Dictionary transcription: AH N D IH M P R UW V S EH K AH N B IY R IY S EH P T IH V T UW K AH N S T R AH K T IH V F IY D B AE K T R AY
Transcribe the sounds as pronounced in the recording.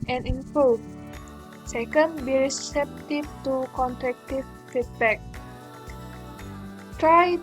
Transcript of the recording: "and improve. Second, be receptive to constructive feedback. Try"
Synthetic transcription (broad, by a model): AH N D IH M P R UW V S EH K AH N B IY R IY S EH P T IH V T UW K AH N T R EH K T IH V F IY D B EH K T R AY